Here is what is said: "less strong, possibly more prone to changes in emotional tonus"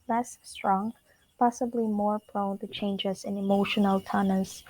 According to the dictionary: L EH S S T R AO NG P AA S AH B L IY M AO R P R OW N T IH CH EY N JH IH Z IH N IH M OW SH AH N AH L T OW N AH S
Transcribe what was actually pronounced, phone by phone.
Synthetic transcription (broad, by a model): L EH S S T R AO NG P AA S AH B L IY M AO R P L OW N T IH CH EY N JH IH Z IH N IH M OW SH AH N AH L T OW N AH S